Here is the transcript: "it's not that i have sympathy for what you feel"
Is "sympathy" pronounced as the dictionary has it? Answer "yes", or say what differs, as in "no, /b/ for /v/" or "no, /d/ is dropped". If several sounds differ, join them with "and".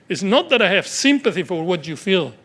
yes